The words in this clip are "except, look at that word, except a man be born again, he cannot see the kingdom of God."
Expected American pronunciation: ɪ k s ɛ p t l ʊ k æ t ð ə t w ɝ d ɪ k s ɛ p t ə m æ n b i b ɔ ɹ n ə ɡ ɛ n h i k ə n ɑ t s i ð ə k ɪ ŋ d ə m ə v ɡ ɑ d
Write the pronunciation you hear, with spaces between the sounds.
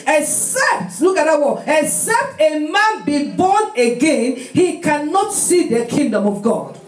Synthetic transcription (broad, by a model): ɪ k s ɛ p t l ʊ k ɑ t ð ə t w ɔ ɪ k s ɛ p t ə m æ n b i b ɔ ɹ n ə ɡ ɛ n h i k ə n ɑ t s i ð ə k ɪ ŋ d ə m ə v ɡ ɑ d